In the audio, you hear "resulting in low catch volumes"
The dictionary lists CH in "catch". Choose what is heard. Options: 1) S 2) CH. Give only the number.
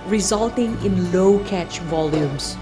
2